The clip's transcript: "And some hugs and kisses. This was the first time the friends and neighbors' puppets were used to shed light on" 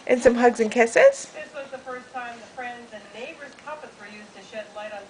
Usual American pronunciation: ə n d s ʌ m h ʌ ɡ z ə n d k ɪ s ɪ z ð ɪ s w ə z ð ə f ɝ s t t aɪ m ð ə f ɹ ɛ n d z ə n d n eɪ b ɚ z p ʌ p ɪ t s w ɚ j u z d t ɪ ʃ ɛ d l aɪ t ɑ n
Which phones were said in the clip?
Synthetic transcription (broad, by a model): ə n s ʌ m h ʌ ɡ z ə n k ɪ s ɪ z ð ɪ s w ə z ð ə f ɝ s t t aɪ m ð ə f ɹ ɛ n d z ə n n eɪ b ɚ z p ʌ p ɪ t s w ɚ j u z t ɪ ʃ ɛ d l aɪ t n